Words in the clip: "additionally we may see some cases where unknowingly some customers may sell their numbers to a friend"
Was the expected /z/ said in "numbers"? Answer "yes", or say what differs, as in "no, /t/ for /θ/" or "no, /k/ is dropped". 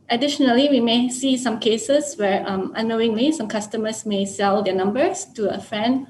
no, /s/ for /z/